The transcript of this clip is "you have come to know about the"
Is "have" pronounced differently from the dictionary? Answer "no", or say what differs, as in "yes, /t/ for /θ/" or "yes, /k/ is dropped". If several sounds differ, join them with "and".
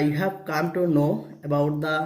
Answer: yes, /p/ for /v/